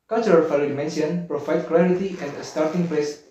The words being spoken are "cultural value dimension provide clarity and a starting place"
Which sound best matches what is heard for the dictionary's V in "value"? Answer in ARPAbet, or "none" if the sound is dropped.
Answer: F